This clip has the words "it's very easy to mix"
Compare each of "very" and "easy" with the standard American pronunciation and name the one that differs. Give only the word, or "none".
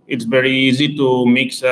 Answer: none